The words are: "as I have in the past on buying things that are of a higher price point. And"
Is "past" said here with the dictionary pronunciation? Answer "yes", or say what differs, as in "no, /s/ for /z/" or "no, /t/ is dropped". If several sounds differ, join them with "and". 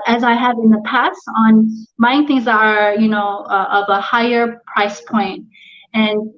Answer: yes